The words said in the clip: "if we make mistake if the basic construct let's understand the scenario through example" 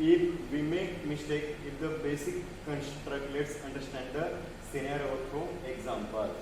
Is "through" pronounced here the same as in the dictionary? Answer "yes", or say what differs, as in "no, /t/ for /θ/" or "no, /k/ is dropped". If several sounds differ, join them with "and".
no, /t/ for /θ/